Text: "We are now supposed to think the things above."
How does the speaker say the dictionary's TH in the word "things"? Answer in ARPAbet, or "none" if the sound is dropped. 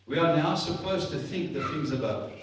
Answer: TH